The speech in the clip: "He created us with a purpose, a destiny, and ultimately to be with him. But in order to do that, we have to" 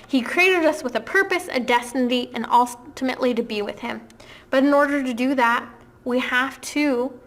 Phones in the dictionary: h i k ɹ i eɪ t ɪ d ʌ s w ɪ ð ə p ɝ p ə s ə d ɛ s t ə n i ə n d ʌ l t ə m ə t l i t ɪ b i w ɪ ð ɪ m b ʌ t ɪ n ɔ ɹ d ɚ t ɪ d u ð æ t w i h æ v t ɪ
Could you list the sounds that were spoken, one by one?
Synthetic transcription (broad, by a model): h i k ɹ i eɪ t ɪ d ʌ s w ɪ ð ə p ɝ p ə s ə d ɛ s t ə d i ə n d ʌ l t ə m ə t l i t ɪ b i w ɪ ð ɪ m b ʌ t ɪ n ɔ ɹ d ɚ t ɪ d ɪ ð æ t w i h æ f t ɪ